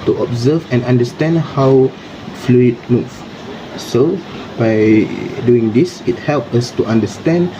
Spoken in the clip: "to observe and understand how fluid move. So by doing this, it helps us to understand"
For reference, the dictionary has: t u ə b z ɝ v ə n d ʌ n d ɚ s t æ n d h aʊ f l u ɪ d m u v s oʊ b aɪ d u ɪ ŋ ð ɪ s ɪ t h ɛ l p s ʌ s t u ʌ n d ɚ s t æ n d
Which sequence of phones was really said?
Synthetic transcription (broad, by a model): t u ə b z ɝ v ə n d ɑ n d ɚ s t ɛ n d h aʊ f l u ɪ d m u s s oʊ b aɪ d u ɪ ŋ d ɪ s ɪ t h ɛ l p ʌ s t u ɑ n d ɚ s t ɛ n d